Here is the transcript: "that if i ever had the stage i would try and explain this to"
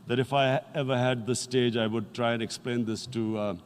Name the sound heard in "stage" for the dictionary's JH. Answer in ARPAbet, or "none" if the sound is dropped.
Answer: JH